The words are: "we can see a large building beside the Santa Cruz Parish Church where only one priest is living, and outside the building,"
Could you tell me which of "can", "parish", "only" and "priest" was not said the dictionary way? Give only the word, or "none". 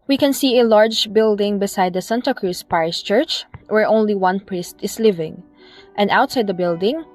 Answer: parish